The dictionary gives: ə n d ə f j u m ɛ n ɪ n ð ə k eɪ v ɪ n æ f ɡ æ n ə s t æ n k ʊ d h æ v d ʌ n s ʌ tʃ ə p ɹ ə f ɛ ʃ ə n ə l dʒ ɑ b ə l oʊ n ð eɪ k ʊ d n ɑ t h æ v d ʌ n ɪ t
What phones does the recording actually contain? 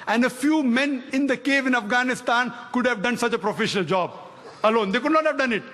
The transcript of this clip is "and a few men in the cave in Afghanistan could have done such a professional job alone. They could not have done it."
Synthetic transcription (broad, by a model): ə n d ə f j u m ɛ n ɪ n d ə k eɪ v ɪ n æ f ɡ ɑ n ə s t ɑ n k ʊ d h æ v d ʌ n s ʌ tʃ ə p ɹ ə f ɛ ʃ ə n ə l dʒ ɑ b ə l oʊ n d eɪ k ʊ d n ɑ t h æ v d ʌ n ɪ t